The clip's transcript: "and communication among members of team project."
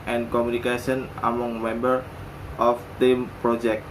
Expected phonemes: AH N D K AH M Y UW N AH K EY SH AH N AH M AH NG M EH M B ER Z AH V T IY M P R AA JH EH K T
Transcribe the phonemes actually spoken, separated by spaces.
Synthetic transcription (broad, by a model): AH N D K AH M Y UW N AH K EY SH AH N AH M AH NG M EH M B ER AH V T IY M P R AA JH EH K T